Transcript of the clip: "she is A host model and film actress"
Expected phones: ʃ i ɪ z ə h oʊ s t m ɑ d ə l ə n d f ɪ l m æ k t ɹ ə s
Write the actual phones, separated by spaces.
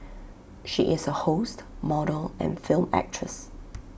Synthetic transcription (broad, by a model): ʃ i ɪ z ə h oʊ s t m ɑ d ə l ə n f ɪ l m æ k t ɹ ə s